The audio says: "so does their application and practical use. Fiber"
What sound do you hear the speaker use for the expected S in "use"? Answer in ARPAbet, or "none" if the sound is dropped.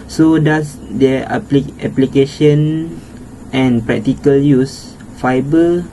S